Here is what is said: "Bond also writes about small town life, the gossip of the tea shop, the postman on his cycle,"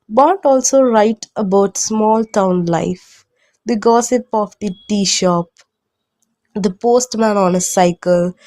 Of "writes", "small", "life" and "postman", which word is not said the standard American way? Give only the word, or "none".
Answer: writes